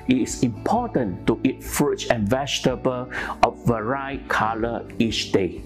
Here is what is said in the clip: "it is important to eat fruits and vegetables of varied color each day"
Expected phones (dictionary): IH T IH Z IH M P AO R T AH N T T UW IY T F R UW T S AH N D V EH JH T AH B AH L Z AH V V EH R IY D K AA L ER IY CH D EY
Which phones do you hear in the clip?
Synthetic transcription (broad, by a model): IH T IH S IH M P AO T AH N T T UW IY T F R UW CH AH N V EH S T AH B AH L AH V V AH R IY K AA L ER IY CH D EY